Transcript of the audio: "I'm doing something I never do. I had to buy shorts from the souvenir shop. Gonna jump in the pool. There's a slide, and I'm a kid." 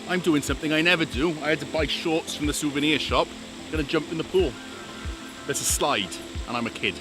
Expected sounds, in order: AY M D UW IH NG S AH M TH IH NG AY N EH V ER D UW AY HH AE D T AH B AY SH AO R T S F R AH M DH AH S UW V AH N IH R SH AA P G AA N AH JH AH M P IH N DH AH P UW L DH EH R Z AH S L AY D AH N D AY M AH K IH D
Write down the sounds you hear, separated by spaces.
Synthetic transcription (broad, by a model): AY M D UW IH NG S AH M TH IH NG AY N EH V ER D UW AY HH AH D T AH B AY SH AO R T S F R AH M DH AH S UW V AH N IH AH SH AA P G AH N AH JH AH M P IH N DH AH P UW L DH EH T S AH S L AY D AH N AY M AH K IH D